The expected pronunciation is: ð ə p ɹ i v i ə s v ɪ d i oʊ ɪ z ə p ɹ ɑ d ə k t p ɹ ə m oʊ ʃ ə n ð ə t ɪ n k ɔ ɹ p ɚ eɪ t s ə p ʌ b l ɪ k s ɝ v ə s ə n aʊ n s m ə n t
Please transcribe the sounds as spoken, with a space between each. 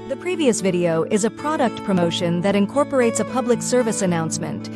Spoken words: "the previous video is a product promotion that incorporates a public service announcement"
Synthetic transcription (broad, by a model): ð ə p ɹ i v i ə s v ɪ d i oʊ ɪ z ə p ɹ ɑ d ə k t p ɹ ə m oʊ ʃ ə n ð ə t ɪ n k ɔ ɹ p ɚ eɪ t s ə p ʌ b l ɪ k s ɝ v ə s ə n aʊ n s m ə n t